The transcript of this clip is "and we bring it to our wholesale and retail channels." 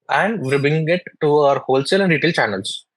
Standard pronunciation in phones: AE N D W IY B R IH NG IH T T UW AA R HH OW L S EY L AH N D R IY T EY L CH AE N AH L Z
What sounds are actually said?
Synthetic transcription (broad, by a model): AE N D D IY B IH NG IH T T UW AA R HH OW L S EY L AH N D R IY T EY L CH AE N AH L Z